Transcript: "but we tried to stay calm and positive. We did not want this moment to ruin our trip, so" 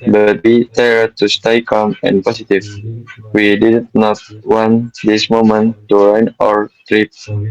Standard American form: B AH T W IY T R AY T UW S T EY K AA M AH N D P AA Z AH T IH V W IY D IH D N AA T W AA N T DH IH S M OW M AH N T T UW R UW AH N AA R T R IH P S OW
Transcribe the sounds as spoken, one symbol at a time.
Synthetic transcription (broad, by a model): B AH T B IY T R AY T UW S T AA K AA M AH N P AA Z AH T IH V W IY D IH D N AA T W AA N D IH S M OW M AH N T T UW R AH N AA R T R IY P